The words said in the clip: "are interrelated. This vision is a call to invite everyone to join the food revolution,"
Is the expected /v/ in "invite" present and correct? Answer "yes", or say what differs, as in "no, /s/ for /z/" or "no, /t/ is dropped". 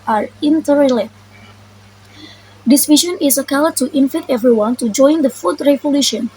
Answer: no, /f/ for /v/